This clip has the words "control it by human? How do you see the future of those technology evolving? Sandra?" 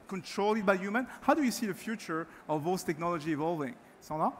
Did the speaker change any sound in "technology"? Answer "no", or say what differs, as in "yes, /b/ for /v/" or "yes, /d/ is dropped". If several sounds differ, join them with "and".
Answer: no